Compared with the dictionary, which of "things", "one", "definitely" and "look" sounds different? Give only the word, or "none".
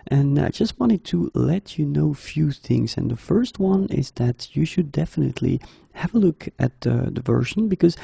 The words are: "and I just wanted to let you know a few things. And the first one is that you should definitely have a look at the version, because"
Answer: none